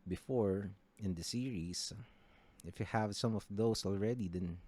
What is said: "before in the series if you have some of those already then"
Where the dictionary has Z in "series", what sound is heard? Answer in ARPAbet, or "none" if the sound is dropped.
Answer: S